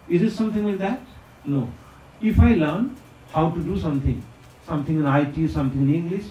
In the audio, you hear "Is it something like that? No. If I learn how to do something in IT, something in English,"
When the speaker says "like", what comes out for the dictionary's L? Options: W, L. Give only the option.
W